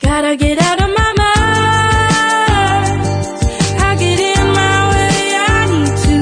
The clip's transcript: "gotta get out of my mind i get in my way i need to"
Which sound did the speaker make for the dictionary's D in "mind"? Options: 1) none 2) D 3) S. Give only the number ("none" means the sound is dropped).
1